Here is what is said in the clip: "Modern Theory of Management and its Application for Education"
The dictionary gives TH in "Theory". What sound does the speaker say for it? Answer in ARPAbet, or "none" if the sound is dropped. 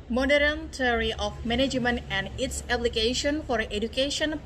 T